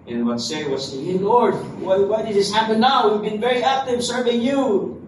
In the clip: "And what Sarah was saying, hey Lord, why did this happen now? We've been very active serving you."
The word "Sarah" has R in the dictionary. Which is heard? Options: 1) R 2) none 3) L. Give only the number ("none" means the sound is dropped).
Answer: 2